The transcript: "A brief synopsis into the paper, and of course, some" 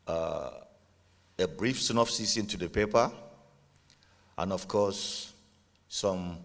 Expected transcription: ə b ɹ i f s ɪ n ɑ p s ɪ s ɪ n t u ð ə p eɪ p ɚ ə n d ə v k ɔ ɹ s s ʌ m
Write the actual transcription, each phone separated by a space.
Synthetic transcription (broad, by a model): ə b ɹ i f s n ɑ f s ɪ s ɪ n t u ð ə p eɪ p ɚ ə n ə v k ɔ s s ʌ m